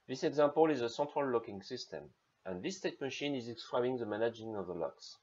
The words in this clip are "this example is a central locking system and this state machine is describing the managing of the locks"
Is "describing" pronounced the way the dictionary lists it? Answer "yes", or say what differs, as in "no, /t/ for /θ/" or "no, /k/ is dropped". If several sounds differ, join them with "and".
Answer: no, /b/ is dropped